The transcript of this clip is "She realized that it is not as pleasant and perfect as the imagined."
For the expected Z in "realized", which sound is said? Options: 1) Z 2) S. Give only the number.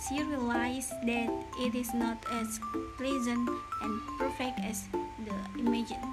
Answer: 2